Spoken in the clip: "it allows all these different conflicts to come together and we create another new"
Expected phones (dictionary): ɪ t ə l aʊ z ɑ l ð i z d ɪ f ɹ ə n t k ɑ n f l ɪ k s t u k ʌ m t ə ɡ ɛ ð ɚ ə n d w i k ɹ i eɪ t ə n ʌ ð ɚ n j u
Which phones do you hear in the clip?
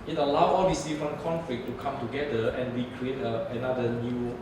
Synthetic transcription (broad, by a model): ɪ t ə l aʊ ɑ l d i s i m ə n k ɑ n f l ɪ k t u k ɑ m t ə ɡ ɛ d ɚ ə n w i k ɹ i eɪ t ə n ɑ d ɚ n j u